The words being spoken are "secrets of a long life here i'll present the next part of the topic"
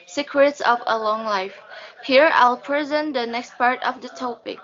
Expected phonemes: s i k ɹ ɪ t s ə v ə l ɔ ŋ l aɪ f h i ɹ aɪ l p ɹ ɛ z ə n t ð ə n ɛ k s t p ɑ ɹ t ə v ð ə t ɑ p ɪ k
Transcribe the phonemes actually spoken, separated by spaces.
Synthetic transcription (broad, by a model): s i k ɹ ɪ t s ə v ə l ɔ ŋ l aɪ f h i ɹ aɪ l p ɹ ɛ z ə n t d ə n ɛ k s t p ɑ ɹ t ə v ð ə t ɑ p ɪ k